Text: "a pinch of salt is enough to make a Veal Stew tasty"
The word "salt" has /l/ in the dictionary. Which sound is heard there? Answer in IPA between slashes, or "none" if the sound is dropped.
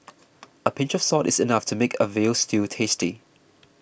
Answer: none